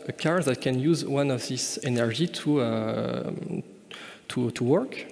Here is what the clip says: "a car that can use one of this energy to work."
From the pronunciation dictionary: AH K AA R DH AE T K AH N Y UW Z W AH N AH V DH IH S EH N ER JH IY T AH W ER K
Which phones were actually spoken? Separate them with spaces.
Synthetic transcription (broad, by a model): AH K AA R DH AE T K AH N Y UW Z W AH N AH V DH IH S EH N ER JH IY T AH W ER K